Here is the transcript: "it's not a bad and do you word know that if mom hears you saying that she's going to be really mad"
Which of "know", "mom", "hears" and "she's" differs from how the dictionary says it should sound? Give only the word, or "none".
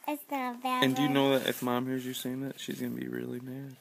none